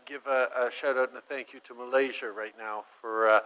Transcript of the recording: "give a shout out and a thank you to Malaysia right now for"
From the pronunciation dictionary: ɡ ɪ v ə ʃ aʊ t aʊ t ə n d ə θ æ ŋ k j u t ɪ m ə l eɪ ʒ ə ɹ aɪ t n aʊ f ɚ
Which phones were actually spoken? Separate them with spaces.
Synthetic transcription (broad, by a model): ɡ ɪ v ə ʃ aʊ t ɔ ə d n ə θ æ ŋ k j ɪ t ɪ m ə l eɪ ʒ ə ɹ aɪ t n aʊ f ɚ